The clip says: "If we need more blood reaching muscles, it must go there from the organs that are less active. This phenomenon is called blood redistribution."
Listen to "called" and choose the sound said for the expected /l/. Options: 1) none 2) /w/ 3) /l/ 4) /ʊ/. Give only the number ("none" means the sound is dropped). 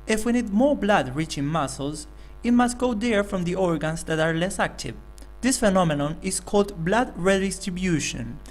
3